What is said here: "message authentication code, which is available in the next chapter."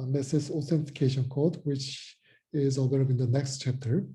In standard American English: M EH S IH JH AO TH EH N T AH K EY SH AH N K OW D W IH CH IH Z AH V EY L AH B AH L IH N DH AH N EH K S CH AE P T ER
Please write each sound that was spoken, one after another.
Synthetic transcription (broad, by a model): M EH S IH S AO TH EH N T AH K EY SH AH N K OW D W IH CH IH Z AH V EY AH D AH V IH N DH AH N EH K S CH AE P T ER